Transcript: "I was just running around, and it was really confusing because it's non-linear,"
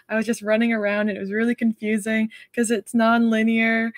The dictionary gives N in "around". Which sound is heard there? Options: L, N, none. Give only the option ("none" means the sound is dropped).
none